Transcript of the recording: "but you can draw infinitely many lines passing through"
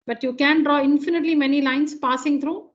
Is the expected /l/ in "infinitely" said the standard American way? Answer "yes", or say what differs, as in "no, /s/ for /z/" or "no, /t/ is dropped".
yes